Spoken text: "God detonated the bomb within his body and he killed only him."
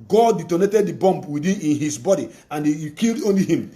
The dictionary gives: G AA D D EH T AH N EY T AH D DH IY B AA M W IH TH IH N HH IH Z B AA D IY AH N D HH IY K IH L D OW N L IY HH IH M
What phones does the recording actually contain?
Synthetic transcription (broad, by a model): G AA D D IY T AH N EY T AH D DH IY B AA M W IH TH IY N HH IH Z B AA D IY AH N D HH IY K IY L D OW N L IY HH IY M